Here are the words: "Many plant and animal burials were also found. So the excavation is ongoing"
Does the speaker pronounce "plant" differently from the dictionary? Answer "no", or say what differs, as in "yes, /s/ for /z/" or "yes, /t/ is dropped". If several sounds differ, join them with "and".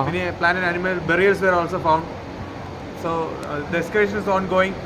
yes, /t/ is dropped